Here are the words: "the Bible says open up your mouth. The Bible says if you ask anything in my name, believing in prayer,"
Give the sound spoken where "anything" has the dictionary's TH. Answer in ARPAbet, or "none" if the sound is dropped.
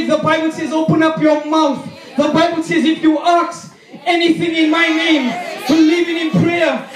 TH